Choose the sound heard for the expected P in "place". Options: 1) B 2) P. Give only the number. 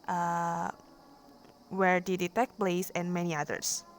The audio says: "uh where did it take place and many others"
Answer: 1